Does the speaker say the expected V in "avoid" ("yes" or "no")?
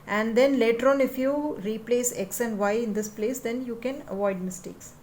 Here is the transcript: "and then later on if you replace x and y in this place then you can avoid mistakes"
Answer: yes